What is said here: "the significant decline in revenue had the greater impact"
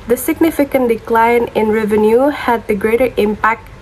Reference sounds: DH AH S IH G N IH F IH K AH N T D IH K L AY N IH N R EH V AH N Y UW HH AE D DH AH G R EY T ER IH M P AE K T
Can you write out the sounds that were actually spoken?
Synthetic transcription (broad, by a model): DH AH S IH G N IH F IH K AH N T D IH K L AY N IH N R EH V AH N Y UW HH AE D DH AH G R EY T ER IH M P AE K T